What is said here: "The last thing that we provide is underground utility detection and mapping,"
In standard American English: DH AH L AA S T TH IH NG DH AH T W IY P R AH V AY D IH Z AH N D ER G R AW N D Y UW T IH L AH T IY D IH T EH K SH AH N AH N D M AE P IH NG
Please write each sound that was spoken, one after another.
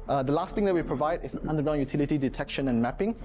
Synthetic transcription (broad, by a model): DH AH L AA S T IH NG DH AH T W IY P R AH V AY D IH S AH N D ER G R AW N Y UW T IH L AH T IY D IH T EH K SH AH N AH N M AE P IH NG